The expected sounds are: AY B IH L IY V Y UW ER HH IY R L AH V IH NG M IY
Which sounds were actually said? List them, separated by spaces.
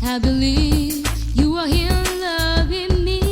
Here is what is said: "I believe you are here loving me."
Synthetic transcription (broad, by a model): AY B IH L IY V Y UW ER HH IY L L AH V IH NG M IY